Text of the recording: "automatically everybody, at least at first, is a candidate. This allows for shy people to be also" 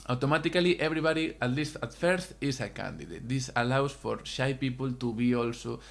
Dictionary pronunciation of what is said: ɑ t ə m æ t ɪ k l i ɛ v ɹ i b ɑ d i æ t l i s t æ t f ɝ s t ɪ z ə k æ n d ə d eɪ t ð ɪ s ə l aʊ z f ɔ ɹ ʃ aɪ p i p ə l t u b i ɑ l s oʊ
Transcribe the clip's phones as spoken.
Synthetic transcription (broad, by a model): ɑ t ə m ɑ t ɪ k l i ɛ b ɹ i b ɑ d i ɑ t l i s t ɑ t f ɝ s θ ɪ s ə k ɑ n d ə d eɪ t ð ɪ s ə l aʊ s f ɔ ɹ ʃ aɪ p i p ə l t u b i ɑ l s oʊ